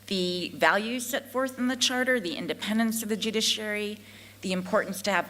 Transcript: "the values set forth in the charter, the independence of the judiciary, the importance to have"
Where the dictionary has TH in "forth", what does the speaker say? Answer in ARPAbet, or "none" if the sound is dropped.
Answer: TH